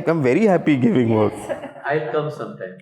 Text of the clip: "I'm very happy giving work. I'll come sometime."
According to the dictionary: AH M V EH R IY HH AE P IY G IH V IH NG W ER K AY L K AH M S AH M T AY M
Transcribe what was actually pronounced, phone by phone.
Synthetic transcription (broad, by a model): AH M V EH R IY HH AE P IY G IH V IH NG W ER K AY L K AH M S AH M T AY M